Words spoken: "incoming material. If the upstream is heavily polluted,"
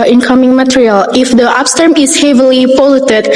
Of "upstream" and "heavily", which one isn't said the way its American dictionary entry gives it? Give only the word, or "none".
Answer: upstream